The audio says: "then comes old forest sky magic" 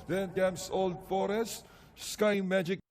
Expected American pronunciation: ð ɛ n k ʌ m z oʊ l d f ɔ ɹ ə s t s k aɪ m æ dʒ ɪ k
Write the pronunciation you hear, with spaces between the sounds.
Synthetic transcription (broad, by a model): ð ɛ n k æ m s oʊ l d f ɔ ɹ ə s t s k aɪ m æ dʒ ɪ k